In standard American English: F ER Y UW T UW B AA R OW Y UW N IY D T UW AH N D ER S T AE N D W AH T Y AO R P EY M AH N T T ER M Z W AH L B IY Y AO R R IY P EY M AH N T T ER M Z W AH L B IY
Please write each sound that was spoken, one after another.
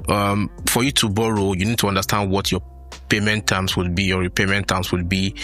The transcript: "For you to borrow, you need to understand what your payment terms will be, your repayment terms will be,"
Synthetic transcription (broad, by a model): F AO Y UW T UW B AA R OW Y UW N IY D T UW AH N D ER S T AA N D W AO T Y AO P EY M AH N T T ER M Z W AH L B IY Y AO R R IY P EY M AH N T T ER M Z W AH L B IY